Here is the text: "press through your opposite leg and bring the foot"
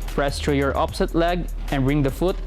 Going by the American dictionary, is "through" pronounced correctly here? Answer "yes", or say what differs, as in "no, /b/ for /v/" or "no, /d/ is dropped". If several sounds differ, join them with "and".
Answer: no, /t/ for /θ/